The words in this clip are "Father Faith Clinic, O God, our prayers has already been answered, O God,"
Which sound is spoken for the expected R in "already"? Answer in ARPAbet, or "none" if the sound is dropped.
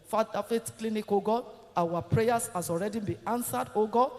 R